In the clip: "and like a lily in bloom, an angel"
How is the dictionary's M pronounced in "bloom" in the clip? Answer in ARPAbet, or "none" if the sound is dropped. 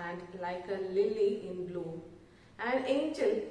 none